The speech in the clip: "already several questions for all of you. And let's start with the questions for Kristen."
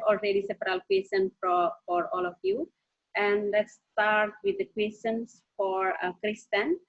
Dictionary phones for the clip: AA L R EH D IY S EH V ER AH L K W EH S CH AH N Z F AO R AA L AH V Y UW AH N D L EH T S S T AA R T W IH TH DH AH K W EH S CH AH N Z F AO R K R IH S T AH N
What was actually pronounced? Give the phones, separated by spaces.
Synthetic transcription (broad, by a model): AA L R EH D IY S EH P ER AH L K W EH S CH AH N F F AO R AA L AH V Y UW AH N D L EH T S S T AA R T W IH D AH K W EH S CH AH N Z F AO R K R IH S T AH N